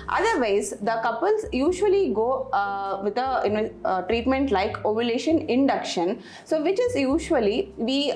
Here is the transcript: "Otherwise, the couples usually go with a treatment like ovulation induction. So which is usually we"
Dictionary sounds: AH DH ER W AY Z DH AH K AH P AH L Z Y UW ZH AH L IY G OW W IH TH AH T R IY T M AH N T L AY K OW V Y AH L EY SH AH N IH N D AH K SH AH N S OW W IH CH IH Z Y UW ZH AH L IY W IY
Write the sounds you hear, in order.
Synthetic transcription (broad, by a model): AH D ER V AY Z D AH K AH P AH L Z Y UW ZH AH L IY G OW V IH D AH T R IY T M AH N T L AY K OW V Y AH L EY SH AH N IH N D AH K SH AH N S OW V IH CH IH Z Y UW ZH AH L IY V IY